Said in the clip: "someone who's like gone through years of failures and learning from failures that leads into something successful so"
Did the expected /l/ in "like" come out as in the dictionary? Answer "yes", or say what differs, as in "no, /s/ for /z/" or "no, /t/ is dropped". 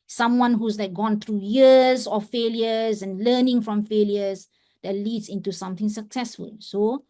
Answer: no, /n/ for /l/